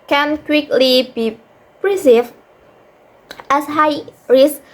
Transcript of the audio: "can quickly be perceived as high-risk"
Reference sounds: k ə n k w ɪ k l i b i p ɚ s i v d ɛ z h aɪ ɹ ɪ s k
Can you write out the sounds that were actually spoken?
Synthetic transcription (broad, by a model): k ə n k w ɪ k l i b i p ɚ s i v ɛ s h aɪ ɹ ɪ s